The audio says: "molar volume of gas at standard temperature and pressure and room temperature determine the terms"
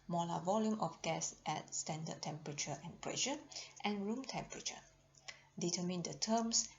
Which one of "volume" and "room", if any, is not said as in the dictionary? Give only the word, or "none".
none